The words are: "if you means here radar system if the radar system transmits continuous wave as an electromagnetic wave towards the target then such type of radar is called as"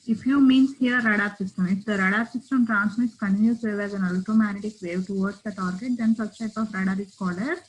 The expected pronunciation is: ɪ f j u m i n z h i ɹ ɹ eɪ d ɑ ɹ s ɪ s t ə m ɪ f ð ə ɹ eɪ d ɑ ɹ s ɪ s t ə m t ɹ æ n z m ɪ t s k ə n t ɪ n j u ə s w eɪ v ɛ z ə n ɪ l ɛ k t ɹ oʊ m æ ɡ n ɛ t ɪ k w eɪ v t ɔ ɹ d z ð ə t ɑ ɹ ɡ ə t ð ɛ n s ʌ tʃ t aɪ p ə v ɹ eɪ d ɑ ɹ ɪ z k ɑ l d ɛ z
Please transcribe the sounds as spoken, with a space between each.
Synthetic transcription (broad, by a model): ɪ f j u m i n s h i ɹ ɹ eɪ d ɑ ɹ s ɪ s t ə m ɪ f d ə ɹ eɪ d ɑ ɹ s ɪ s t ə m t ɹ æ n s m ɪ t s k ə n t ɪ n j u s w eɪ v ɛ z ə n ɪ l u t oʊ m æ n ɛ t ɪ k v eɪ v t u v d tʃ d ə t ɑ ɹ ɡ ə t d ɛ n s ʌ s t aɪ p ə f ɹ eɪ d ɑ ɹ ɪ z k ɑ l ʌ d